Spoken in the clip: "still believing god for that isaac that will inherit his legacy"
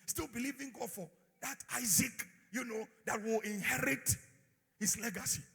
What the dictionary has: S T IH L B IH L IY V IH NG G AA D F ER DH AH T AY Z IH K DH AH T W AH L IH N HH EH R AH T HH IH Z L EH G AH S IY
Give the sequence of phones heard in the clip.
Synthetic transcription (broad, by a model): S T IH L B IH L IY V IH NG G AA D F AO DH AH T AY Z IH K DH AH T W AH L IH N HH EH R AH T HH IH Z L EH G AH S IY